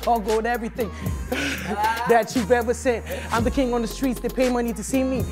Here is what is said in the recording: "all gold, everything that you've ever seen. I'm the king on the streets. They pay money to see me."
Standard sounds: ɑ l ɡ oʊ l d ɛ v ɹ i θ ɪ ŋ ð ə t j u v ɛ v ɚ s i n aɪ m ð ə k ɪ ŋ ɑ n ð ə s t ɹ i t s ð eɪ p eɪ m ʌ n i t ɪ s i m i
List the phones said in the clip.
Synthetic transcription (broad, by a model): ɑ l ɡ oʊ d ɛ v ɹ i θ ɪ ŋ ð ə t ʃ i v ɛ v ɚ s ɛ n aɪ m ð ə k ɪ ŋ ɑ n ð ə s t ɹ i t s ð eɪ p eɪ m ʌ n i t ɪ s i m i